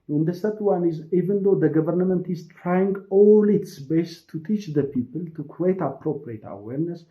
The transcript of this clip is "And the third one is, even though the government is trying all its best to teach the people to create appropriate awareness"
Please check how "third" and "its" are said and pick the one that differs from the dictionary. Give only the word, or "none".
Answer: third